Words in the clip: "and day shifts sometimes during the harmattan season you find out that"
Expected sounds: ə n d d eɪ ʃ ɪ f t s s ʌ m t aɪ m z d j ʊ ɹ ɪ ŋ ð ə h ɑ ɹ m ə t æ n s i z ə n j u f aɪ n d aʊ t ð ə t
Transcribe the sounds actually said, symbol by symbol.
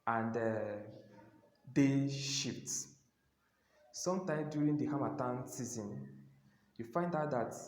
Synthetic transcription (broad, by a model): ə n d d eɪ ʃ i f t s s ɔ m t aɪ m d j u ɹ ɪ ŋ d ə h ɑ m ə t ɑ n s i z ə n j u f aɪ n d aʊ t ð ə t